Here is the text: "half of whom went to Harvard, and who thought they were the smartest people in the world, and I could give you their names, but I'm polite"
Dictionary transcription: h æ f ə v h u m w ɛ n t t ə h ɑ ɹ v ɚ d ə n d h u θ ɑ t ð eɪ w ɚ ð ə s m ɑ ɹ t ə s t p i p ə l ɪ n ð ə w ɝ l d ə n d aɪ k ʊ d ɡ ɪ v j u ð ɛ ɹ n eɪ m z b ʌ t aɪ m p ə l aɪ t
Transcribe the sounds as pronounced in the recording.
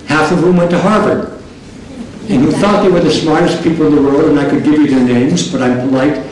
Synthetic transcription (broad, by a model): h æ f ə v h u m w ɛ n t t ə h ɑ ɹ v ɚ ə n h u θ ɑ t ð eɪ w ɚ ð ə s m ɑ ɹ t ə s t p i p l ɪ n ð ə w ɝ l d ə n aɪ k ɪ d ɡ ɪ v j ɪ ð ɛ ɹ n eɪ m z b ʌ t aɪ m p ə l aɪ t